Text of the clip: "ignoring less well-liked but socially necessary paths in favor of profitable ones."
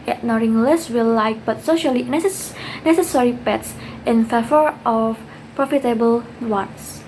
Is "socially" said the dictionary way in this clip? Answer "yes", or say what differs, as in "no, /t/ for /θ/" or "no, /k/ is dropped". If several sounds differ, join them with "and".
yes